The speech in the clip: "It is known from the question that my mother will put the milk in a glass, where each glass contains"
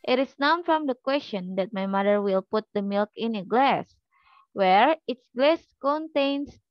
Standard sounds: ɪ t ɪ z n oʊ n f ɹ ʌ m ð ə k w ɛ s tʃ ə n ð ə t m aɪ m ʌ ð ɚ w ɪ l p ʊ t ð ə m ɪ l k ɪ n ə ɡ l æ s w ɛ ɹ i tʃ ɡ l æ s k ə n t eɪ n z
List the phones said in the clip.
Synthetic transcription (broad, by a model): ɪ t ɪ s n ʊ n f ɹ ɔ m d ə k w ɛ s tʃ ə n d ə t m aɪ m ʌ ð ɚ w ɪ l p ʊ t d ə m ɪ l k ɪ n ə ɡ l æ s w ɛ ɹ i s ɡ l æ s k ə n t eɪ n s